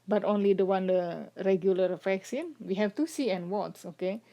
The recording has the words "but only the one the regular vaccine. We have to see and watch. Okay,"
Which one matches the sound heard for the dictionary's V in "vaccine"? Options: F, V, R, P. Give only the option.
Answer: F